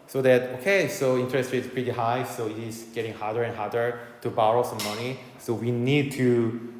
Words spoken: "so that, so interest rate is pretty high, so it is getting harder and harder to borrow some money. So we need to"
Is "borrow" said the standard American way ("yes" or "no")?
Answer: yes